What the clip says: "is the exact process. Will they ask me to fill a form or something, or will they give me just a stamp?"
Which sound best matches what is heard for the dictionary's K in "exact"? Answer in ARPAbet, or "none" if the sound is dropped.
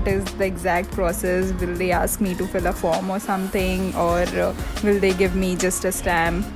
K